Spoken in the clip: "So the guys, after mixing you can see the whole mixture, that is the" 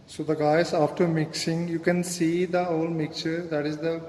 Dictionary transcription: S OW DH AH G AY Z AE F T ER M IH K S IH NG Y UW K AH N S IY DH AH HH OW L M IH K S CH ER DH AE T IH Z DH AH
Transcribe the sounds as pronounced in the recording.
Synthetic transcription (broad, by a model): S OW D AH G AY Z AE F T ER M IH K S IH NG Y UW K AH N S IY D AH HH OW L M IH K CH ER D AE T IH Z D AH